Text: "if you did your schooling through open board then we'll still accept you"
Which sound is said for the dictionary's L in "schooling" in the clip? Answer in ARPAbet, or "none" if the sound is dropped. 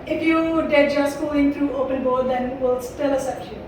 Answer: none